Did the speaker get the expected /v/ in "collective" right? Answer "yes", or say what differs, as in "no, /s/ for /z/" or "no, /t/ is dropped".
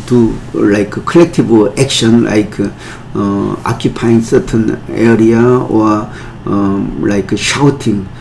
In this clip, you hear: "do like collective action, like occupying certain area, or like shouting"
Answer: no, /b/ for /v/